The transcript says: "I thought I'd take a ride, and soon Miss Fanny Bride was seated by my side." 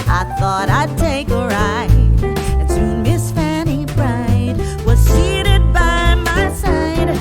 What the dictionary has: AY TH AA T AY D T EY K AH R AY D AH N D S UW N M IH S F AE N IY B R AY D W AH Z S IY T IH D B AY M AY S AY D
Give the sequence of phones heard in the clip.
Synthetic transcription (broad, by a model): AY TH AA T AY D T EY K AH R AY AH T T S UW M IH S F AE N IY B R AY D W AH Z S IY T IH D B AY M AY S AY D